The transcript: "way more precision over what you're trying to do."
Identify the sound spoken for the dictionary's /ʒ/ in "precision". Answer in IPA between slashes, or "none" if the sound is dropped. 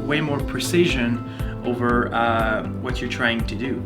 /ʒ/